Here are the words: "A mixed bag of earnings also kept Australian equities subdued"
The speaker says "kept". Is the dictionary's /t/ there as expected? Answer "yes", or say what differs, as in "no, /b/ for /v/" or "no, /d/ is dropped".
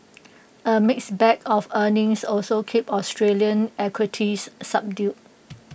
no, /t/ is dropped